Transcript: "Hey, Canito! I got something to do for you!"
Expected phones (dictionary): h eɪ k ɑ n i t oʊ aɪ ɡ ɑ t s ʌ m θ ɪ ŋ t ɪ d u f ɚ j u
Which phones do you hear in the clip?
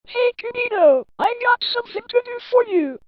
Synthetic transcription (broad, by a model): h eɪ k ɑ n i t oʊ aɪ ɡ ɑ t s ʌ m θ ɪ ŋ t ɪ d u f ɚ j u